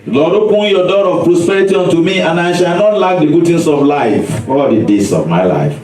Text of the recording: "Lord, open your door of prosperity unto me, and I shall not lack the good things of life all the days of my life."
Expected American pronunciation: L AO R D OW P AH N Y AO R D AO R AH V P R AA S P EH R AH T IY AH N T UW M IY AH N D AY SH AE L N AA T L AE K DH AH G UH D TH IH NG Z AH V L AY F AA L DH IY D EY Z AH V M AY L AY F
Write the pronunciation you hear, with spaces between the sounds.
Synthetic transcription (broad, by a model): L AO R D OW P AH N Y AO D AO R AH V P R AA S P EH R AH T IY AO N T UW M IY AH N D AY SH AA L N AA T L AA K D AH G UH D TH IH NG S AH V L AY F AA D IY D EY S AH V M AY L AY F